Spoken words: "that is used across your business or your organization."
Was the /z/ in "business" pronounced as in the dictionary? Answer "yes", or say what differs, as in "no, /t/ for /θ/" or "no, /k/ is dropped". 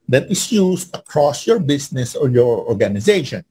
no, /s/ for /z/